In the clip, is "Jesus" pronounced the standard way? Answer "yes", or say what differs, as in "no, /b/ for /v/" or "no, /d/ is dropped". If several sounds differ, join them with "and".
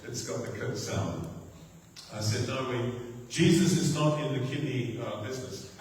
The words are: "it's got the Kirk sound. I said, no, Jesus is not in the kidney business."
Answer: yes